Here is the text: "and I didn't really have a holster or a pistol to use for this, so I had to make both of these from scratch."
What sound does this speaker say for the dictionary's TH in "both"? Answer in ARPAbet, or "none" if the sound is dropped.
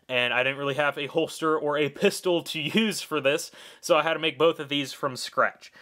TH